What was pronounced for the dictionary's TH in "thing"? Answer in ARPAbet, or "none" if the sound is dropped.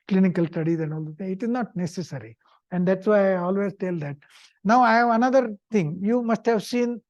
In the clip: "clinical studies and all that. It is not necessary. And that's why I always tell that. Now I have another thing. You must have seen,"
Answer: T